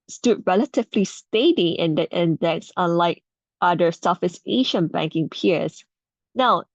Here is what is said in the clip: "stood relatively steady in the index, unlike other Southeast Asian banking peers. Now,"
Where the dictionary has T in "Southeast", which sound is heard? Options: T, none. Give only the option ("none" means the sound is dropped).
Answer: none